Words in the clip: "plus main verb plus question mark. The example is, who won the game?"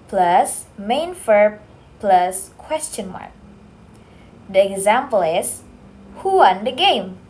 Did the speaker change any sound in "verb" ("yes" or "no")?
yes